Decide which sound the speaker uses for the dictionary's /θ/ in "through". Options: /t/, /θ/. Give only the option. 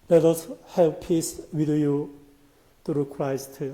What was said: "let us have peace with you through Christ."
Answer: /t/